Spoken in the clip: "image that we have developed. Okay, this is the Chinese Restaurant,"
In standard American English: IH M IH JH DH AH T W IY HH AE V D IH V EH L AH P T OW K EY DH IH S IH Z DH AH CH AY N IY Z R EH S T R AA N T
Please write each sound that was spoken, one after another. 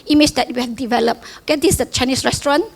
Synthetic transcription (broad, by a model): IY M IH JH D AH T W IY HH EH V D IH V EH L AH P OW K EY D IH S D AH CH AY N IY S R EH S T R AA N